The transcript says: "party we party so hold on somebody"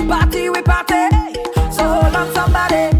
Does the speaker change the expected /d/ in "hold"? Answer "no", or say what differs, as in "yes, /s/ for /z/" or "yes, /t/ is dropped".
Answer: yes, /d/ is dropped